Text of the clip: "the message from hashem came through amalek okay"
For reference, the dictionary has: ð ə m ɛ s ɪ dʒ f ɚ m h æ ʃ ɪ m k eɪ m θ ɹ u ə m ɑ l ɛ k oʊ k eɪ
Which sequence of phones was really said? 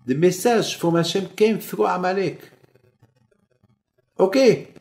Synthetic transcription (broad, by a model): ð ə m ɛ s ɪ ʒ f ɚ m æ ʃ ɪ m k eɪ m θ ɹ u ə m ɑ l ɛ k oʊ k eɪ